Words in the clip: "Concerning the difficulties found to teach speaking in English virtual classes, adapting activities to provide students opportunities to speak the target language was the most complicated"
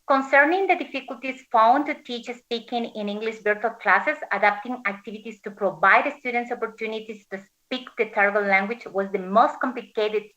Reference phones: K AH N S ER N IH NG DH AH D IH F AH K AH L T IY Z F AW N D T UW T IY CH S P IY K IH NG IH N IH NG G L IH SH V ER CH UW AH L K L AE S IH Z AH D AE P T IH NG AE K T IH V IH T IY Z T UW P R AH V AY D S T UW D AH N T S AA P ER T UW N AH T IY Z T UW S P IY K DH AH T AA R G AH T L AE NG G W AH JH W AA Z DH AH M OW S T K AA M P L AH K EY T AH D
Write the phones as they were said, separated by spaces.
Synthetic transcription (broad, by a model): K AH N S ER N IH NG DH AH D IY F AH K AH L T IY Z F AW N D T UW T IY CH S P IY K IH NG IH N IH NG G L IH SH B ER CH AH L K L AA S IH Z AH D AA P T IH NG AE K T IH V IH T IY S T UW P R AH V AY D S T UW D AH N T S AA P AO T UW N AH T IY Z T UW S P IY K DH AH T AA R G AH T L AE NG G W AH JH W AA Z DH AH M OW S T K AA M P L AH K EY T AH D